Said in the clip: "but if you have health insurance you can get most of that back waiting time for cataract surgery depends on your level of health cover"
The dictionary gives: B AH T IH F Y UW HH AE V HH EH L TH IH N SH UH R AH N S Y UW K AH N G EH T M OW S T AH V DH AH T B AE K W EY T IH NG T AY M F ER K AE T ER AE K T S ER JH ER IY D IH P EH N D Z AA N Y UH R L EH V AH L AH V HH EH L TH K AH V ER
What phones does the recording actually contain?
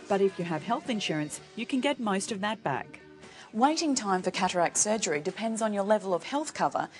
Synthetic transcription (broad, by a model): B AH T IH F Y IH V HH EH L TH IH N SH UH R AH N S Y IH K AH N G EH T M OW S T AH V DH AH T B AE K W EY T IH NG T AY M F ER K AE T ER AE K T S ER JH ER IY D IH P EH N D Z N Y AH R L EH V AH L AH V HH EH L TH K AH V ER